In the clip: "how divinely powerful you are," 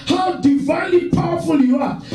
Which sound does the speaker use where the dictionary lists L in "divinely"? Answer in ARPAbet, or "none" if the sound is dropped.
L